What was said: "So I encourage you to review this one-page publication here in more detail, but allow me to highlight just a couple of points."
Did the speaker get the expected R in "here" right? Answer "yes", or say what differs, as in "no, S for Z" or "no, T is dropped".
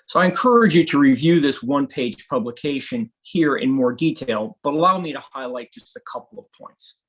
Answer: yes